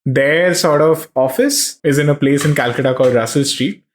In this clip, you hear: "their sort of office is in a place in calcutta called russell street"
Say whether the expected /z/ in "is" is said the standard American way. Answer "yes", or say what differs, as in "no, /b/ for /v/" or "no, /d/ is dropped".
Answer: yes